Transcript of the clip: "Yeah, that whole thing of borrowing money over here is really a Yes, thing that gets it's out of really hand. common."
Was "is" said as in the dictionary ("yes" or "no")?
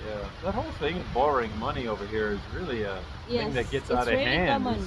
yes